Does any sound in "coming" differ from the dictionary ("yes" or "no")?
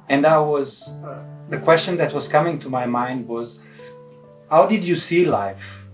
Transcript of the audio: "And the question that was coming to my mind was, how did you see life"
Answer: no